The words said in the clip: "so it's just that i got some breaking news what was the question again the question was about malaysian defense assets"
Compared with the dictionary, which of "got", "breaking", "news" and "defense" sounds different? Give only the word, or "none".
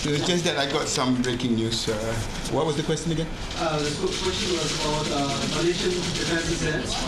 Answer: news